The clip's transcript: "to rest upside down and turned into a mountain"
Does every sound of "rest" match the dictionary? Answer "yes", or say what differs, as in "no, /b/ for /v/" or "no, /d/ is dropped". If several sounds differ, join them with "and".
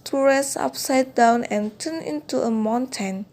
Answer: no, /t/ is dropped